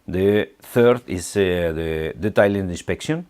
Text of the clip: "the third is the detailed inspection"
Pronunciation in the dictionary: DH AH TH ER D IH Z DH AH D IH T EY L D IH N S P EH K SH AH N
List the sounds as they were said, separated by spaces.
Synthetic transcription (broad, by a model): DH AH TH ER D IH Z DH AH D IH T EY N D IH N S P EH K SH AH N